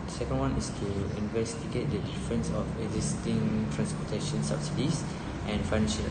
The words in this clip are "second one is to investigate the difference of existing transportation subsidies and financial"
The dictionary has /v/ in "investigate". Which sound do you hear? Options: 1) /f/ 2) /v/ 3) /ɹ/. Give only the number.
2